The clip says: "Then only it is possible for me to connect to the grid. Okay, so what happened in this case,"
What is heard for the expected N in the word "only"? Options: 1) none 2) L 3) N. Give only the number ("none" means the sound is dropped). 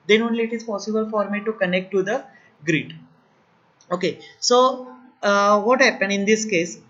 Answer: 3